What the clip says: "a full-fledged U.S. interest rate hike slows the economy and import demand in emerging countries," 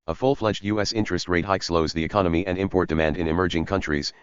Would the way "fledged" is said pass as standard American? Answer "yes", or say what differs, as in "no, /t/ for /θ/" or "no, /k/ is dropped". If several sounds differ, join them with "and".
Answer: yes